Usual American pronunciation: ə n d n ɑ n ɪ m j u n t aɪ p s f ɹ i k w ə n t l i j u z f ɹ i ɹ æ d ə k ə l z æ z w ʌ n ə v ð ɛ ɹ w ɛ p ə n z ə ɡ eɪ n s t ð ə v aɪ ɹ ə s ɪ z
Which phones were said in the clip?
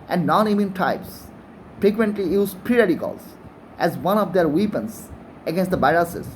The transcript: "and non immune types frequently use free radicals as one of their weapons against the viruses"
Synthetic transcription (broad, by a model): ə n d n ɑ n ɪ m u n t aɪ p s f ɹ i k w ə n t l i j u z p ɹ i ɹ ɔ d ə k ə l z æ z w ʌ n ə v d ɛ ɹ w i p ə n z ə ɡ eɪ n s t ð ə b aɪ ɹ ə s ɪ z